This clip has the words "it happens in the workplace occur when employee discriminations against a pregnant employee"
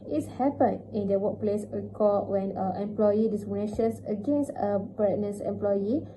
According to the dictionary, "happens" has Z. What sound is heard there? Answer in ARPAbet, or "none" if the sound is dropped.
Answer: none